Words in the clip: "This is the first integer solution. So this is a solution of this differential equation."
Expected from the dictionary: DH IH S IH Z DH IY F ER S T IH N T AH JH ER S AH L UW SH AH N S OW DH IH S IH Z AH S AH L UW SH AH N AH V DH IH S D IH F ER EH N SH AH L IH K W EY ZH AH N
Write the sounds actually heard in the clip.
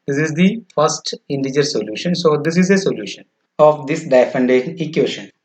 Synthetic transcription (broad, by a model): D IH S IH Z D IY F ER S T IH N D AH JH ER S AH L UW SH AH N S OW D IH S IH Z AH S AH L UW SH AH N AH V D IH S D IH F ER N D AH N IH K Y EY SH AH N